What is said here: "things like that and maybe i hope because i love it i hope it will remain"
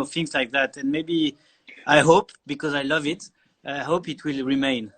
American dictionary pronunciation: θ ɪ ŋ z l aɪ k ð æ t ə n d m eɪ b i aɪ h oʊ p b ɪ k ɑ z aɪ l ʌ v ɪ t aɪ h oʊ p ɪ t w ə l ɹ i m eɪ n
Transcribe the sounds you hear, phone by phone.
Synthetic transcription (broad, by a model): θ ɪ ŋ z l aɪ k ð æ t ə n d m eɪ b i aɪ h oʊ p b ɪ k ɑ z aɪ l ʌ v ɪ t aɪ h oʊ p ɪ t w ə l ɹ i m eɪ n